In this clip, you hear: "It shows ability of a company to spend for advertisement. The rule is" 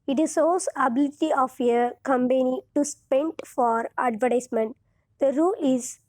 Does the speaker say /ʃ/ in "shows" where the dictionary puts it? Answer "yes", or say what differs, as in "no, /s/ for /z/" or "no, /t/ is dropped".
no, /s/ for /ʃ/